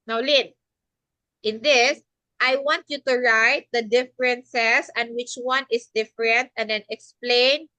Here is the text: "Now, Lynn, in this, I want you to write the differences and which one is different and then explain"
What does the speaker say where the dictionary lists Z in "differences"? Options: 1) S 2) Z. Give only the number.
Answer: 1